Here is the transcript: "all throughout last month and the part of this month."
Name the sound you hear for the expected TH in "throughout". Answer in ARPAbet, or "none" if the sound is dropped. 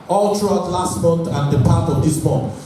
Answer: T